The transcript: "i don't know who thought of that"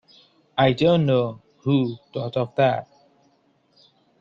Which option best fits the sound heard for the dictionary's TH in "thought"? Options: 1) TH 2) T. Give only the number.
2